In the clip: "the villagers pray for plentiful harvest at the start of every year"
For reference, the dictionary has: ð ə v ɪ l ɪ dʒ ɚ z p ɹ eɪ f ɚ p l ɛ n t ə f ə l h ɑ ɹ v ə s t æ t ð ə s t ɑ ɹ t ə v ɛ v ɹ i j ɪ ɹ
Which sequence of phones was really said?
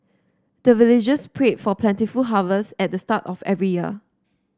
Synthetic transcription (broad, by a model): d ə v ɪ l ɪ dʒ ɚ s p ɹ eɪ f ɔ p l ɛ n t ə f ə l h ɑ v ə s ɛ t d ə s t ɑ t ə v ɛ v ɹ i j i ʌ